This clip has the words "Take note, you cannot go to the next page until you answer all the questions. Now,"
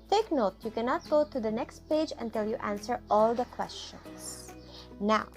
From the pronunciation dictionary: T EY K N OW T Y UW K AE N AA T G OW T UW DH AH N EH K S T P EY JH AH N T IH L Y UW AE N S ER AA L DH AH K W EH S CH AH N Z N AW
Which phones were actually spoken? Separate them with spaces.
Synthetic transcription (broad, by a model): T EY K N OW T Y UW K AE N AA T G OW T UW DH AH N EH K S T P EY JH AH N T IH L Y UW AE N S ER AA L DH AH K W EH S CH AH N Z N AW